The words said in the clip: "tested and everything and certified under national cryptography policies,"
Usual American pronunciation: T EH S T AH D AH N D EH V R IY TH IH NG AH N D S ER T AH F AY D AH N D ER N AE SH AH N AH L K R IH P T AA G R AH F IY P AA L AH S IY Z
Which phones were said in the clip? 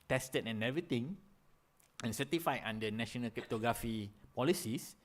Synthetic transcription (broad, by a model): T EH S T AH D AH N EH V R IY T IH NG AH N S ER T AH F AY AH N D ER N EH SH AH N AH L K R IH P T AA G R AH F IY P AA L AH S IY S